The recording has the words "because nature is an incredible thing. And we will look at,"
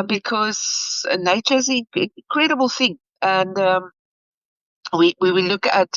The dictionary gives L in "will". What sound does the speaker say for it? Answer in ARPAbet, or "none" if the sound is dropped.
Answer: W